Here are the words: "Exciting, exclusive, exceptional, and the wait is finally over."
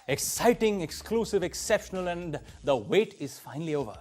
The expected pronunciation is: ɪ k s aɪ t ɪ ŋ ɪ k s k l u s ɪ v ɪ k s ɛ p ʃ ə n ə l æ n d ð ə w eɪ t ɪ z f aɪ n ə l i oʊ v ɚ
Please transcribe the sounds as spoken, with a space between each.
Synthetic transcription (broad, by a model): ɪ k s aɪ t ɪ ŋ ɪ k s k l u s ɪ v ɪ k s ɛ p ʃ ə n ə l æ n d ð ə w eɪ t ɪ z f aɪ n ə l i oʊ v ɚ